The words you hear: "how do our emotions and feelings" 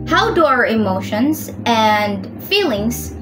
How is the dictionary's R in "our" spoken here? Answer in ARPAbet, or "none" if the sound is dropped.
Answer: R